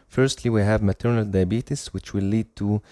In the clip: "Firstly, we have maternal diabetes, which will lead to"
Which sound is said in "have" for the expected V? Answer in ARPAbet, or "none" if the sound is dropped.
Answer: V